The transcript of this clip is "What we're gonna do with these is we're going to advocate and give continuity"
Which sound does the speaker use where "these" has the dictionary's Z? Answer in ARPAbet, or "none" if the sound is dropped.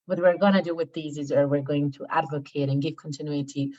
Z